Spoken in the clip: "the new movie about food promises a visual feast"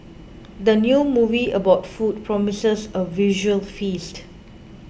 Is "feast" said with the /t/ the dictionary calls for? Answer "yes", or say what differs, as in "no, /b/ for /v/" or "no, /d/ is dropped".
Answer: yes